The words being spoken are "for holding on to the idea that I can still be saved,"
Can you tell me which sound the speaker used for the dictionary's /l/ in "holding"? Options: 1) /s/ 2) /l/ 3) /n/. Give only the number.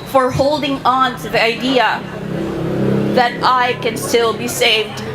2